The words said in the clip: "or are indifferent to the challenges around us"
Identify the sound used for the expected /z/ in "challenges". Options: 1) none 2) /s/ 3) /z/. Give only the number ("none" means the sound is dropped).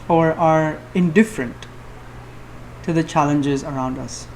3